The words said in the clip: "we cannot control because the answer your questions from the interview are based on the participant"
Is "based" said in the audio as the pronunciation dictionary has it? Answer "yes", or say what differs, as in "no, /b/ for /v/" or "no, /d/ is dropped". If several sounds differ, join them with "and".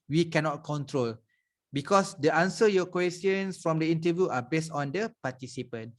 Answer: yes